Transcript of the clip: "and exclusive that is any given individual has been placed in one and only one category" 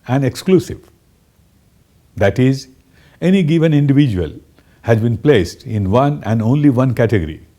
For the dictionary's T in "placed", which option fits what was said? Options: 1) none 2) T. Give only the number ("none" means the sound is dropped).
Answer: 2